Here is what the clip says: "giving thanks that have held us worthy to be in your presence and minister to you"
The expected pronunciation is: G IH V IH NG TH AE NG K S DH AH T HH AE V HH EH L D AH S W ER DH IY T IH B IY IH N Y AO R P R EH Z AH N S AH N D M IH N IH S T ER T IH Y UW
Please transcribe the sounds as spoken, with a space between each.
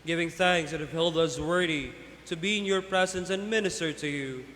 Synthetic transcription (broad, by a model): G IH V IH NG TH AE NG K S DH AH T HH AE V HH EH L D AH S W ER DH IY T IH B IY IH N Y AO R P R EH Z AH N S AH N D M IH N IH S T ER T IH Y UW